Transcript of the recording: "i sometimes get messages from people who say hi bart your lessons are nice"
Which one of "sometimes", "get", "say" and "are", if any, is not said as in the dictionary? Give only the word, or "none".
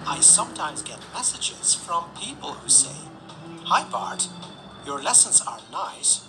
none